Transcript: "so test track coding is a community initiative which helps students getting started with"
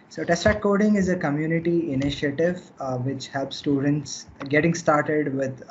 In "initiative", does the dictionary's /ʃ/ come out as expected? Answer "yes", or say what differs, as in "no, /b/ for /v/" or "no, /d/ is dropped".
yes